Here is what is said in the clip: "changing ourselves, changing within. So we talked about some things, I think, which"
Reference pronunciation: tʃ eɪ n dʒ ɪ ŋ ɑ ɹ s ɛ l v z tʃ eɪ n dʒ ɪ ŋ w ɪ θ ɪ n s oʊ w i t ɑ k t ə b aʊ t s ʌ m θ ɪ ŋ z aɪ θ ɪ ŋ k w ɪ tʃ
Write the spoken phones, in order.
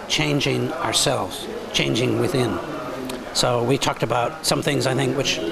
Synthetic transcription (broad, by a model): tʃ eɪ n dʒ ɪ ŋ ɑ ɹ s ɛ l v z tʃ eɪ n dʒ ɪ ŋ w ɪ θ ɪ n s oʊ w i t ɑ k t ə b aʊ t s ʌ m θ ɪ ŋ z aɪ θ ɪ ŋ k w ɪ tʃ